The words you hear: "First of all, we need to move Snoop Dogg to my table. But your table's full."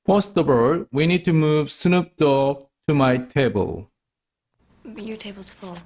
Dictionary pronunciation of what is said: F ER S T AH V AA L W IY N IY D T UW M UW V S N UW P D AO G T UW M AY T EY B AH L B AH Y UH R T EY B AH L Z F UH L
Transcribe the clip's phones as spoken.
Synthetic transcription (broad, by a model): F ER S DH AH B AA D W IY N IY D T UW M UW V S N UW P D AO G T UW M AY T EY B AH L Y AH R T EY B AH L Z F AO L